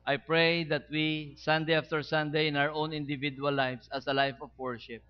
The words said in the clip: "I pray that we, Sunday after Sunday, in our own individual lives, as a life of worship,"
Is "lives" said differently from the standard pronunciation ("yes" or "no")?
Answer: yes